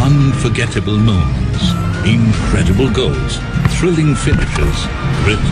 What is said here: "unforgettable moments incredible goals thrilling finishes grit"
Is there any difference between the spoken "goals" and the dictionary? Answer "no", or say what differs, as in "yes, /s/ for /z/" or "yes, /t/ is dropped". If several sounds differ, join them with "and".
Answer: no